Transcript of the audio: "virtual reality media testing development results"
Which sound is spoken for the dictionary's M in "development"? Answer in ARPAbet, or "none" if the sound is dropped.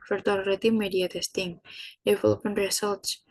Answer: none